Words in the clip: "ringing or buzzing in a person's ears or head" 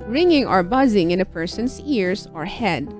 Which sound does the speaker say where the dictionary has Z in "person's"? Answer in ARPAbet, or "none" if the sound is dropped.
S